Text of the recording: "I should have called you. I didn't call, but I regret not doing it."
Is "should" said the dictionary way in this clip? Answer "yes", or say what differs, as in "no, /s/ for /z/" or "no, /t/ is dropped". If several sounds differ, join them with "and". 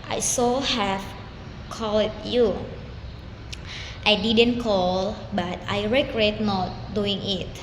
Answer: no, /s/ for /ʃ/